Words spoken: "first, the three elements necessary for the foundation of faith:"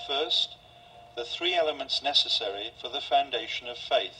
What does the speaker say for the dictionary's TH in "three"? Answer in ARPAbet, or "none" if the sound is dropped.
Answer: TH